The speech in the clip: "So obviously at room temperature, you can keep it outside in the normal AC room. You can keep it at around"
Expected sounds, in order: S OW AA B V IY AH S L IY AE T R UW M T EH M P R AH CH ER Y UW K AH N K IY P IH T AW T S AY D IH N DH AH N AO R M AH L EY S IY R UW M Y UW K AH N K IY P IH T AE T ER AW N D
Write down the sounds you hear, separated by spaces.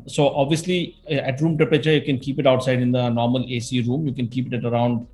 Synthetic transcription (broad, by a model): S OW AA B V IY AH S L IY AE T R UW M T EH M P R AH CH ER Y UW K AH N K IY P IH T AW T S AY D IH N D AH N AO R M AH L EY S IY R UW M Y UW K AH N K IY P IH T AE T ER AW N D